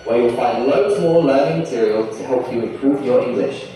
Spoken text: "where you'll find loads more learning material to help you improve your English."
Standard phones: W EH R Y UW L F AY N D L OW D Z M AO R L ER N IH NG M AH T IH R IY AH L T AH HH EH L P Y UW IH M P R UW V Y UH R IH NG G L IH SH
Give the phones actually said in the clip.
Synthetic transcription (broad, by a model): W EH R Y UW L F AY N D L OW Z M AO L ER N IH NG M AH T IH R IY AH L T AH HH EH L P Y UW IH M P R UW V Y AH R IH NG G L IH SH